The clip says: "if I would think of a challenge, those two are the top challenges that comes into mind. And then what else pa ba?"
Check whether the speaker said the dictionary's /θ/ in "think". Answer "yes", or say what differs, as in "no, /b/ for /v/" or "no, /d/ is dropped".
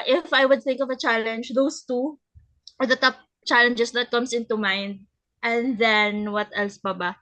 yes